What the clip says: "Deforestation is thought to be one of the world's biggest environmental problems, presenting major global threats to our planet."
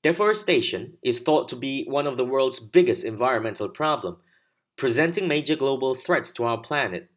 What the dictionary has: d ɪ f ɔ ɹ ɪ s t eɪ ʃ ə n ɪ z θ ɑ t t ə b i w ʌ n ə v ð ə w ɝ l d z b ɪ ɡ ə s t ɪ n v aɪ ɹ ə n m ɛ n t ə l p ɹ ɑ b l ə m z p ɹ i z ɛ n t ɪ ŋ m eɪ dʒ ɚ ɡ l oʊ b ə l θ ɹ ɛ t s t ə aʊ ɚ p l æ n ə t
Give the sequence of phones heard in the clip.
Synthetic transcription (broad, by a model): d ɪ f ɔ ɹ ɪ s t eɪ ʃ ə n ɪ z θ ɑ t t ə b i w ʌ n ə v ð ə w ɝ l d z b ɪ ɡ ə s t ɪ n v aɪ ɹ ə n m ɛ n t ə l p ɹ ɑ b l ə m p ɹ i z ɛ n t ɪ ŋ m eɪ dʒ ɚ ɡ l oʊ b ə l θ ɹ ɛ t s t ə aʊ ɚ p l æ n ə t